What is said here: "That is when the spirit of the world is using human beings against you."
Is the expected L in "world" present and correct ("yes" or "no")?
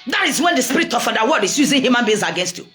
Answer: no